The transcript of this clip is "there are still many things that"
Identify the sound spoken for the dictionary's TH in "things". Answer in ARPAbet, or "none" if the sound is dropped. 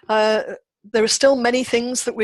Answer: TH